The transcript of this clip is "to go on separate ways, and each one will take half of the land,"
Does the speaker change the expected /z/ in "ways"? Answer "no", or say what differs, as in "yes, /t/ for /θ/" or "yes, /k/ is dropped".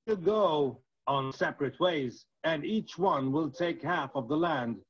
no